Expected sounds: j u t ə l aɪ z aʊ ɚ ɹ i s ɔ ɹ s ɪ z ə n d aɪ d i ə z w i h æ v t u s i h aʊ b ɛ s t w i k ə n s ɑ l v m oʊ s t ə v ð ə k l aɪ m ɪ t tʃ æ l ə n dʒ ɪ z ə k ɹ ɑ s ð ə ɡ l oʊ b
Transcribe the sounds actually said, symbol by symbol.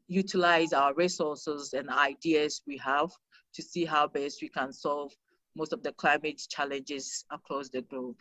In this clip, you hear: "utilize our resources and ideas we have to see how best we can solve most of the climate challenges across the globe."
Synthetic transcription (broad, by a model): j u t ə l aɪ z aʊ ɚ ɹ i s ɔ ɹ s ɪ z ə n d aɪ d i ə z w i h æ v t u s i h aʊ b ɛ s t w i k ə n s ɑ l v m oʊ s t ə v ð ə k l aɪ m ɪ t tʃ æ l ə n dʒ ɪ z ə k ɹ ɑ s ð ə ɡ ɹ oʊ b